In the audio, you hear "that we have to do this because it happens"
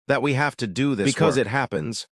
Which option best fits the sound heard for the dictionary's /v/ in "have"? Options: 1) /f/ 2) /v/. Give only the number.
1